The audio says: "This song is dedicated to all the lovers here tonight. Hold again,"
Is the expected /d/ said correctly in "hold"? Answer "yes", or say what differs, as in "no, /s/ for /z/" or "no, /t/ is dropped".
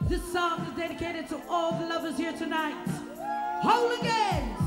no, /d/ is dropped